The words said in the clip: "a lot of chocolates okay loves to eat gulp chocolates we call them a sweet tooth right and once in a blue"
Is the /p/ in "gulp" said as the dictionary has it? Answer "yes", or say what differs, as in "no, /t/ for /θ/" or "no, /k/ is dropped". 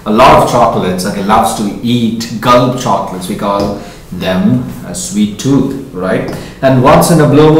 no, /b/ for /p/